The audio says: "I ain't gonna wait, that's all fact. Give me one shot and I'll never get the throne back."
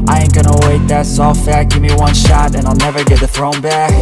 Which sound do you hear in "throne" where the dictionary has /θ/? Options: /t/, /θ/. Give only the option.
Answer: /θ/